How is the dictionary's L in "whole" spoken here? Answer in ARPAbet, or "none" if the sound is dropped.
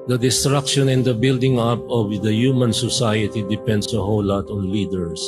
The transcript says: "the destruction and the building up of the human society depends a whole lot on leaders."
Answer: W